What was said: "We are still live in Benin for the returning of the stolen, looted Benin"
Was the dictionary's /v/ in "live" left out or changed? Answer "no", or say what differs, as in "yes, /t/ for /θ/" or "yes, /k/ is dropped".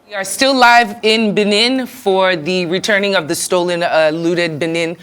no